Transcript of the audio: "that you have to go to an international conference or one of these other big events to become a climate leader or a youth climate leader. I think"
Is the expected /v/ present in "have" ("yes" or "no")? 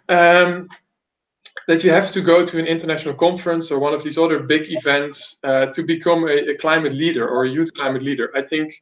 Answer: no